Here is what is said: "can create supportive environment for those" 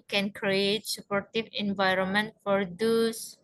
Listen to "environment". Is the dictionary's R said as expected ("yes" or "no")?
yes